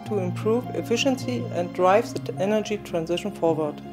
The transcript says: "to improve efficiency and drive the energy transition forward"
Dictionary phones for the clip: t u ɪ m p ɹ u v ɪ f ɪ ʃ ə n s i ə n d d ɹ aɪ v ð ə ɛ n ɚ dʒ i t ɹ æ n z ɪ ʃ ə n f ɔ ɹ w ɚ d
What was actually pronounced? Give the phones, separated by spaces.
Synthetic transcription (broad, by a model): t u ɪ m p ɹ u v ɪ f ɪ ʃ ə n s i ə n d d ɹ aɪ v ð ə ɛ n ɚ dʒ i t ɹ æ n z ɪ ʃ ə n f ɔ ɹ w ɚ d